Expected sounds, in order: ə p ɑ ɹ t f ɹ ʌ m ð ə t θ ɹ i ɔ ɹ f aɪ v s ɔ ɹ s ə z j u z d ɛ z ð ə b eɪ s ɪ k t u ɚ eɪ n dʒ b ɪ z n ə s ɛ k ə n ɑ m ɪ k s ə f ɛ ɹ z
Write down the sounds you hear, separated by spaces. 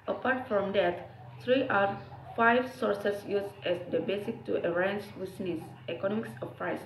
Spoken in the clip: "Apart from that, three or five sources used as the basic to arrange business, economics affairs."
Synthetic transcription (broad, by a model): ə p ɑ ɹ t f ɹ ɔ m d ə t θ ɹ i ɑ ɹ f aɪ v s ɔ ɹ s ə s j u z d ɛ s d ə b eɪ s ɪ k t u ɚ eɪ n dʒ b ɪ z n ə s ɛ k ə n ɑ m ɪ k s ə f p ɹ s